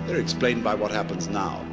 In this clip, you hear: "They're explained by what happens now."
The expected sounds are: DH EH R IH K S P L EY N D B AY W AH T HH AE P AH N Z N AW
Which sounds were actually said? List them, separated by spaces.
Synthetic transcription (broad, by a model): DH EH R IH K S P L EY N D B AY W AH T HH AE P AH N Z N AW